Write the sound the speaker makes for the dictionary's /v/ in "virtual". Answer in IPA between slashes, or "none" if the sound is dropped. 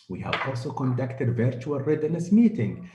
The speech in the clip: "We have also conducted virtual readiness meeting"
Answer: /v/